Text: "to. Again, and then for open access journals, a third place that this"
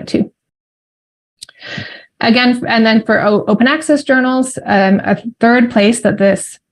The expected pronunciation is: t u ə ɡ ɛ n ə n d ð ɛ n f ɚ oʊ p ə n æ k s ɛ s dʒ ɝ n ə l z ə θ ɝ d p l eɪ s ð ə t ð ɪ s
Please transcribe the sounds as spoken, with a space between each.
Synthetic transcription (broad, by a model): t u ə ɡ ɛ n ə n ð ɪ n f ɚ oʊ p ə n æ k s ɛ s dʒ ɝ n l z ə θ ɝ d p l eɪ s ð ə t ð ɪ s